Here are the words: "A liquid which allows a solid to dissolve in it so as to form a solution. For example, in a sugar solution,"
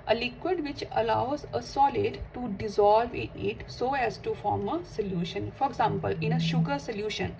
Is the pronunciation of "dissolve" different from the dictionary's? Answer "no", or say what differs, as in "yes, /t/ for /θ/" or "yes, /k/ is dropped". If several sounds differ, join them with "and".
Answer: no